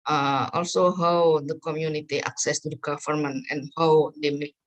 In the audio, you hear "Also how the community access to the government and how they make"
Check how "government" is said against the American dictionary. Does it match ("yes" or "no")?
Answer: no